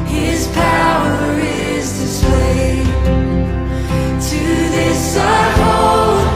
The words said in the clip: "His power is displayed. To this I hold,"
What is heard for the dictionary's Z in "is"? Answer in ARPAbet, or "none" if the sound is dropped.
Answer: Z